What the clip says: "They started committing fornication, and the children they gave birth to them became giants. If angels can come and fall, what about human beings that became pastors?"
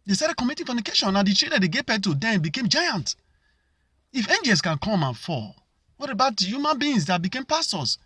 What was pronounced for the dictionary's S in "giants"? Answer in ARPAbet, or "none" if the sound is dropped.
none